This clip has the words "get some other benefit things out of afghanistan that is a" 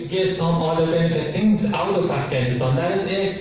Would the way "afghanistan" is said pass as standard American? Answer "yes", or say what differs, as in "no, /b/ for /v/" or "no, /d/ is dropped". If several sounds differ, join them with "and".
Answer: no, /f/ is dropped